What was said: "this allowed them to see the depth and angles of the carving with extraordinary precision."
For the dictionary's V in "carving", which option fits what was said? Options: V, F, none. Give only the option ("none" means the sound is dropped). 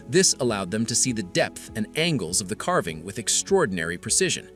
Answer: V